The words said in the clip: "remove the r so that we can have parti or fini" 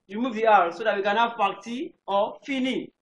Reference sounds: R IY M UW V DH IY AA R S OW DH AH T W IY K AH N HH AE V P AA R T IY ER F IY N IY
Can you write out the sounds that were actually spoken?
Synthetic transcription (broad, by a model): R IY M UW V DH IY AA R S OW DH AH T W IY K AH N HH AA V F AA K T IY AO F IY N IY